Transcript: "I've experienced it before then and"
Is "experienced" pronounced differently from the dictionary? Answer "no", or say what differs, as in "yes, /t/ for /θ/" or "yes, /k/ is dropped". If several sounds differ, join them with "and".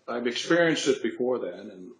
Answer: no